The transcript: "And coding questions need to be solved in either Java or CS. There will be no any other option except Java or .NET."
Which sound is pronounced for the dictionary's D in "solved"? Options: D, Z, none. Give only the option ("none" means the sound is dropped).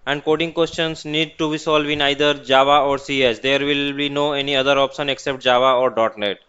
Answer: none